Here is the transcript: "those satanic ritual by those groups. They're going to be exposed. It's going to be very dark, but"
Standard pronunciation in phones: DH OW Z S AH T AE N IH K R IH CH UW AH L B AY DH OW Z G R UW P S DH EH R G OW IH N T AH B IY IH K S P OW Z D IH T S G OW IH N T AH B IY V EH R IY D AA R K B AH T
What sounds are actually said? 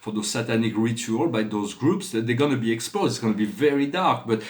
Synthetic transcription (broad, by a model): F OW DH S AH T AE N IH K R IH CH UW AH L B AY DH OW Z G R UW P S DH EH G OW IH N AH B IY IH K S P OW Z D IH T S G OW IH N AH B IY V EH R IY D AA R K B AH T